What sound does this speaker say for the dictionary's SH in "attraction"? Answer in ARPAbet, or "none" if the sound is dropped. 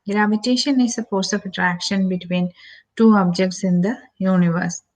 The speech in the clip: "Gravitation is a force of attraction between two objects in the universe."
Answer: SH